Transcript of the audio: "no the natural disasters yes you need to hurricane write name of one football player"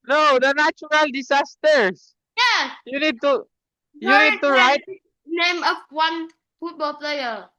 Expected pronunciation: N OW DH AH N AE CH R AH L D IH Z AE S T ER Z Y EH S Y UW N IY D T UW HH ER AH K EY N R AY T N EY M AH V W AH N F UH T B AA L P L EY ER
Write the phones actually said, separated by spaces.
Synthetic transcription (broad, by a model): N OW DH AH N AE CH R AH L D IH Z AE S T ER S Y EH S Y UW N IY D T UW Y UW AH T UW R AY T N EY M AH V W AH N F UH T B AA L P L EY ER